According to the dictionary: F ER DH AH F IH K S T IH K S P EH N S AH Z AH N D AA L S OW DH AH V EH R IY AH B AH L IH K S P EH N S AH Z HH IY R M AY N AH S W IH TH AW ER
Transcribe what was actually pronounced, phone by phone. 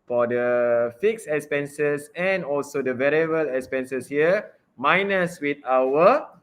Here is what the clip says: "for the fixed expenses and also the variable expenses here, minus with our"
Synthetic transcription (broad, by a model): F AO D AH F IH K S IH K S P EH N S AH S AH N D AA L S OW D AH V EH R IY AH B AH L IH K S P EH N S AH S HH IY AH M AY N AH S W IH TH AW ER